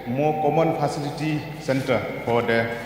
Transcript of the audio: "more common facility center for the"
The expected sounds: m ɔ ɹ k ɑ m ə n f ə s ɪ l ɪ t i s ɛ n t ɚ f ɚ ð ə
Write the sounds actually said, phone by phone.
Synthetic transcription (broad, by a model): m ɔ k ɑ m ə n p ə s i l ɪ t i s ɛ n t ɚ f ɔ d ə